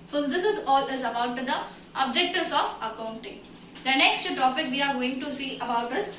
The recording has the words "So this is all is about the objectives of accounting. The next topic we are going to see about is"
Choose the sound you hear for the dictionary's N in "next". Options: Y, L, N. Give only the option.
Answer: N